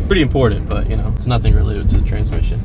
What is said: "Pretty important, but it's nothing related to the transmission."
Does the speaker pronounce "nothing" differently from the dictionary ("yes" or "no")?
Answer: no